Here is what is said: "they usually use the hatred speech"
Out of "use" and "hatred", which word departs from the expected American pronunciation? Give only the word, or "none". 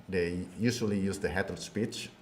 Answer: hatred